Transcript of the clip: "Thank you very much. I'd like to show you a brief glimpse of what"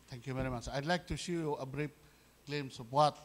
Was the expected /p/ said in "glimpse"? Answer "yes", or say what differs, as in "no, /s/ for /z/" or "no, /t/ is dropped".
no, /p/ is dropped